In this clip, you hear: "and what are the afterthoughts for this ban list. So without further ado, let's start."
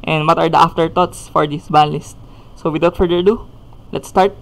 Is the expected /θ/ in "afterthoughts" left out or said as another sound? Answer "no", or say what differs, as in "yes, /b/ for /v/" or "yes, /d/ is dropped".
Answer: yes, /t/ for /θ/